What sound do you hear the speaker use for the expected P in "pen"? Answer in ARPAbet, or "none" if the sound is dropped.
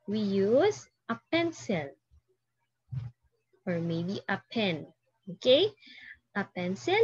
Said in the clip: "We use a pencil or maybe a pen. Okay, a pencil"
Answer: P